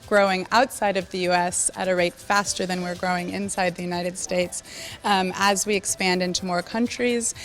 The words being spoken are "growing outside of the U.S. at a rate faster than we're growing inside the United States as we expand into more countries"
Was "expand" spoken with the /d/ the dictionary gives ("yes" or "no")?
yes